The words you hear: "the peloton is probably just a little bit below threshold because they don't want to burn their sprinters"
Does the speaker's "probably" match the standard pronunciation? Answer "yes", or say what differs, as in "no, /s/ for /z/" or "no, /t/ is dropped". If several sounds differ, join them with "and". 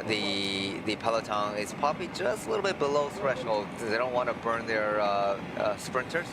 no, /ɹ/ is dropped